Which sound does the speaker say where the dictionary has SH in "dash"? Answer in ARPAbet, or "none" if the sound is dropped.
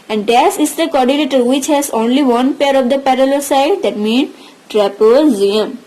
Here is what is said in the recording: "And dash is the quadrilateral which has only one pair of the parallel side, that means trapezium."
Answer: S